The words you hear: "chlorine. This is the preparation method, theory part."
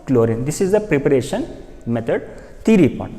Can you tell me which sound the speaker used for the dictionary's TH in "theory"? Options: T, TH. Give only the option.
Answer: T